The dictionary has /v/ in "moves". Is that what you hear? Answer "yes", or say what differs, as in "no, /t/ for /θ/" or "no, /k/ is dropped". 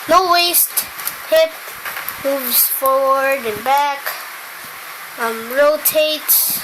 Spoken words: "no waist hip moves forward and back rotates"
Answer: yes